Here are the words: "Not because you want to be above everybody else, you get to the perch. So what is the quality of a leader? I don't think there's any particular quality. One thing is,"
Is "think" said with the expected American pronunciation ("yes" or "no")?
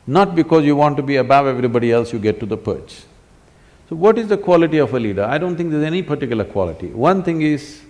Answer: no